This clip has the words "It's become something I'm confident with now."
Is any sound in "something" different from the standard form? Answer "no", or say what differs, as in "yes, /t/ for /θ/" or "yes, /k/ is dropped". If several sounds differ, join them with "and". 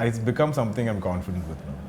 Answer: yes, /t/ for /θ/